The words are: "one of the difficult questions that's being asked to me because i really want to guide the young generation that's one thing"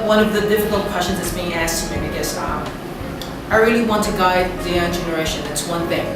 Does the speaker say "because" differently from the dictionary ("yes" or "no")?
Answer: yes